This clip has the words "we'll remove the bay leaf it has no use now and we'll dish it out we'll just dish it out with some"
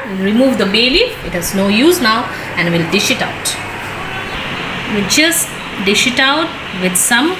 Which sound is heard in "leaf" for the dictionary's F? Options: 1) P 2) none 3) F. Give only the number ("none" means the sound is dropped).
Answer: 2